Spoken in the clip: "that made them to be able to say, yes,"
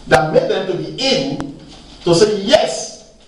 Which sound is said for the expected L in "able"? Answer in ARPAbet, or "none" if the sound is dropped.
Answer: N